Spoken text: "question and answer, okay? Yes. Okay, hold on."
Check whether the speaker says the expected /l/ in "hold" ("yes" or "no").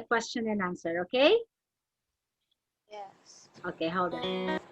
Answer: no